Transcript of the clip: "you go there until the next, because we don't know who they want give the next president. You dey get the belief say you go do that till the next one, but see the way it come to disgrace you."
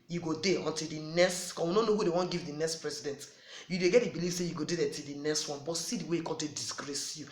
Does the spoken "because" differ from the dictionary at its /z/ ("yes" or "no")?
yes